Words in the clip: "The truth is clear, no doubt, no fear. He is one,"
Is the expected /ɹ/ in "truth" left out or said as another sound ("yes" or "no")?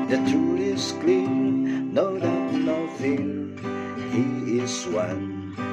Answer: yes